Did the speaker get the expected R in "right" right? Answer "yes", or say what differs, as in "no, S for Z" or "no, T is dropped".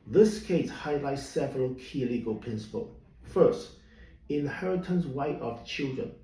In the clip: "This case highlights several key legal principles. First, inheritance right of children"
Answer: no, W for R